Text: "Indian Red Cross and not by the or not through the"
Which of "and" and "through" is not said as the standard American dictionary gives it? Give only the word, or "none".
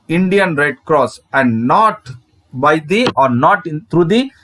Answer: through